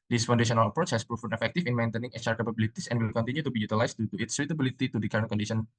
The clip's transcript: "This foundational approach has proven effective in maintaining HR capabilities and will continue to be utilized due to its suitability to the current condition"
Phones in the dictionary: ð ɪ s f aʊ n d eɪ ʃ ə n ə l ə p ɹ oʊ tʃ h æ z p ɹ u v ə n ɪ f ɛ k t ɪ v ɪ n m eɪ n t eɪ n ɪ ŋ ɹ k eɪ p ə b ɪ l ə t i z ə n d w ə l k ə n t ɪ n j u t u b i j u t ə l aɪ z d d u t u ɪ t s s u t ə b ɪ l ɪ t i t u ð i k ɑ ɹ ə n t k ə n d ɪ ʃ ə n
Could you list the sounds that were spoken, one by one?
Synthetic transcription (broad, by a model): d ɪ s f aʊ n d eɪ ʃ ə n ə l ə p ɹ oʊ tʃ h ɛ s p ɹ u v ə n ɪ f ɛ k t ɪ f ɪ n m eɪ n t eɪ n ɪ ŋ ɹ k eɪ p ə b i l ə t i s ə n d w ə l k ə n t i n j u t u b i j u t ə l aɪ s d d u t u ɪ t s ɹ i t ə b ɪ l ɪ t i t u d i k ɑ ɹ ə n k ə n d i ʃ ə n